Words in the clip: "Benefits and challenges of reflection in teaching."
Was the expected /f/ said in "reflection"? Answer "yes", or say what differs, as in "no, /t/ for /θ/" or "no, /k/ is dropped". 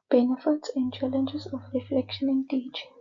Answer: yes